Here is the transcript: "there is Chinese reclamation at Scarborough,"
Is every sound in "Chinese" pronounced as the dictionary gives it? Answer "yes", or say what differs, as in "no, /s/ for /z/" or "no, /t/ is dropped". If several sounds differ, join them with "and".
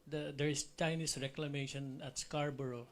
no, /s/ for /z/